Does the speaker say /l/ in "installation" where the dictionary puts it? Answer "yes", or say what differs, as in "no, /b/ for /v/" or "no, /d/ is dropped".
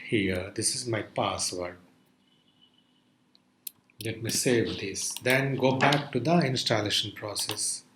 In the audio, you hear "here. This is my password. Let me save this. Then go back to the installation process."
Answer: yes